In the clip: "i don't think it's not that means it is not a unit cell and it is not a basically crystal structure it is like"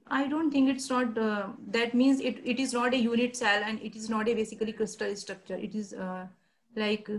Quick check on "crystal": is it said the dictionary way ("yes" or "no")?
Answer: yes